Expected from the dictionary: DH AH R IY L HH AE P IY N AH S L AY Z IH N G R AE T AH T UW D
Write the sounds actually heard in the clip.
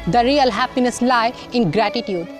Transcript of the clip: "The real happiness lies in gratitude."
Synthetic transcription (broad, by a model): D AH R IY L HH AE P IY N AH S L AY IH N G R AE T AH T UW D